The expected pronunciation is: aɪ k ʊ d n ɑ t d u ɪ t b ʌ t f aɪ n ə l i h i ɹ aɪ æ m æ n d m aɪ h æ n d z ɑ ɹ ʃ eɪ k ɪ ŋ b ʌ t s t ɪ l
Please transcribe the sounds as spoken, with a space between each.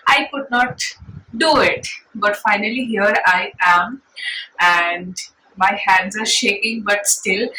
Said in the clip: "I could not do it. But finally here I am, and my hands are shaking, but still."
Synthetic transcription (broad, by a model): aɪ k ʊ d n ɑ t d u ɪ t b ʌ t f aɪ n ə l i h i ɹ aɪ æ m æ n d m aɪ h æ n d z ɑ ɹ ʃ eɪ k ɪ ŋ b ʌ t s t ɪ l